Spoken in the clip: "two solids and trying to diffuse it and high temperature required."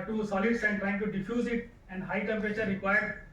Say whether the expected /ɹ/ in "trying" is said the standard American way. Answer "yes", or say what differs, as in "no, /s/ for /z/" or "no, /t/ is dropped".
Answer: yes